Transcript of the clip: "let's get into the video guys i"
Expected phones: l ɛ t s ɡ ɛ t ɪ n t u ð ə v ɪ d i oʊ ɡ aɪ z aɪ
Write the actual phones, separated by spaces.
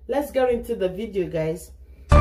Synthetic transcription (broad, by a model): l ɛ t s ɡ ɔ ɪ n t u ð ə v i d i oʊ ɡ aɪ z